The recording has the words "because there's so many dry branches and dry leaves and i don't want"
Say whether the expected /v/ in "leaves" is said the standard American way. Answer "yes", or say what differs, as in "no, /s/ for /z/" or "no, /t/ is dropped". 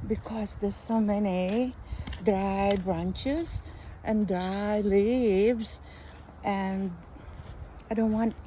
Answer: yes